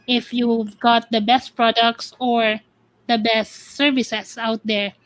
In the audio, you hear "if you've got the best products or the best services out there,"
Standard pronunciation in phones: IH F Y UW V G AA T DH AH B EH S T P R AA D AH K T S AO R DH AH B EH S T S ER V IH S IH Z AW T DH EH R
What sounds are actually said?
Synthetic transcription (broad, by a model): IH F Y UW V G AA T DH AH B EH S T P R AA D AH K T S AO R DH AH B EH S T S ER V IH S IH S AW T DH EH R